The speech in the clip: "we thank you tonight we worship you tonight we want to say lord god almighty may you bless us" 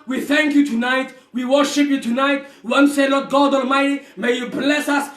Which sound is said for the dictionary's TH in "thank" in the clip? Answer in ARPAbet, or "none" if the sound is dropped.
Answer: TH